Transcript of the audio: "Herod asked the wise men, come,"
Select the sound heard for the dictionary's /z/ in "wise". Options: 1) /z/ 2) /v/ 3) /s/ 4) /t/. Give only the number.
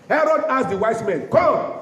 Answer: 3